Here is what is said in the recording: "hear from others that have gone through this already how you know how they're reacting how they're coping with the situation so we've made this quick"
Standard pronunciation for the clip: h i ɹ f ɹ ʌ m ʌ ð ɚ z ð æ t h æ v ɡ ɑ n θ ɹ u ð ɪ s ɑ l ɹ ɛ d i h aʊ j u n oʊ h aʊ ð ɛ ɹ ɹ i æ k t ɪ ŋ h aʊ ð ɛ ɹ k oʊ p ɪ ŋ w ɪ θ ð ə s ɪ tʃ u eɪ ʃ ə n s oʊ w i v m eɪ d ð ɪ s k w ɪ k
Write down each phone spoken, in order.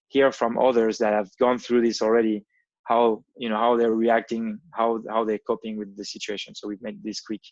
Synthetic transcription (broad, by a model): h i ɹ f ɹ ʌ m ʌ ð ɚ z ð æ t h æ v ɡ ɑ n θ ɹ u ð ɪ s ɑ l ɹ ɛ d i h aʊ j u n oʊ h aʊ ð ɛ ɹ ɹ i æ k t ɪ ŋ h aʊ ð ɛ ɹ k oʊ p ɪ ŋ w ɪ ð ə s ɪ tʃ u eɪ ʃ ə n s oʊ w i v m eɪ d ð ɪ s k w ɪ k